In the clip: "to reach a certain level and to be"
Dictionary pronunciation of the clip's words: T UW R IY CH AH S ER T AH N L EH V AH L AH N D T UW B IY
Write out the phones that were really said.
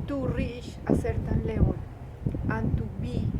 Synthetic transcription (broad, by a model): T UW R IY SH AH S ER T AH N L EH W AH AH N T UW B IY